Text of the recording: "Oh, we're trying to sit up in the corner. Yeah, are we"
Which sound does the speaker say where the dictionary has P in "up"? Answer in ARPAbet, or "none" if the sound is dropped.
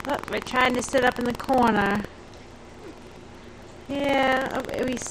P